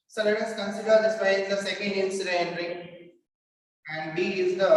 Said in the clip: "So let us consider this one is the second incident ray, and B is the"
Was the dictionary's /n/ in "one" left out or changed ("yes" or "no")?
yes